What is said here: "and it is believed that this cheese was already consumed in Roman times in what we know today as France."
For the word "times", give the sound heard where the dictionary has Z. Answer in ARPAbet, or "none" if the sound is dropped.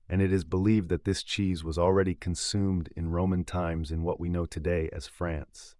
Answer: Z